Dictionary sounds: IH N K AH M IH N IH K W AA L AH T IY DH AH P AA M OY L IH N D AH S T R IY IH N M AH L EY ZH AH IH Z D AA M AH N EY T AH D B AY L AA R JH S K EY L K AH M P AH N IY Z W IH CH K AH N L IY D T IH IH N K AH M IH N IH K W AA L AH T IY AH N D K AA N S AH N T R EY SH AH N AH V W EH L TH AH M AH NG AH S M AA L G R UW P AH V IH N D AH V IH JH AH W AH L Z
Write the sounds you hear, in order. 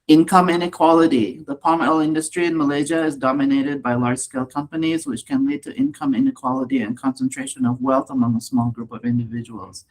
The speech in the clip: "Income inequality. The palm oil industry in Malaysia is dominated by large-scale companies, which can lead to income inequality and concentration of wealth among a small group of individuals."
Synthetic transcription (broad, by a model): IH N K AH M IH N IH K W AA L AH T IY DH AH P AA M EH L IH N D AH S T R IY IH N M AH L EY ZH AH IH Z D AA M AH N EY T AH D B AY L AA R JH S K EY L K AH M P AH N IY Z W IH CH K AH N L IY D T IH IH N K AH M IH N IH K W AA L AH T IY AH N K AA N S AH N T R EY SH AH N AH V W EH L TH AH M AH NG AH S M AA L G R UW P AH V IH N D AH V IH JH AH W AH L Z